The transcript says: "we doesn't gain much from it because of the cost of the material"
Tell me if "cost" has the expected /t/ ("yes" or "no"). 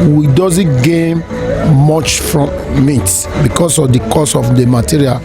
no